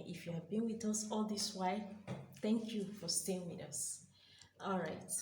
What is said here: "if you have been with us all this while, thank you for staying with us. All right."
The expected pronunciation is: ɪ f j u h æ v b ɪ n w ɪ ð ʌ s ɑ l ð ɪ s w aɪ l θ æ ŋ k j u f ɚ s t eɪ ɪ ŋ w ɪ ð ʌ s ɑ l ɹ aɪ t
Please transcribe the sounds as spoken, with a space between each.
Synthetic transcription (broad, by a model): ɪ f j u h æ v b ɪ n w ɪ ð ʌ s ɑ l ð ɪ s w aɪ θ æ ŋ k j u f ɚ s t eɪ ɪ ŋ w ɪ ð ʌ s ɑ l ɹ aɪ t